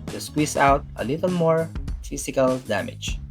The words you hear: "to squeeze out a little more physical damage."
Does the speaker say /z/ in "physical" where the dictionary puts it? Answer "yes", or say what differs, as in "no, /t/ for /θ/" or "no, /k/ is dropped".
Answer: no, /s/ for /z/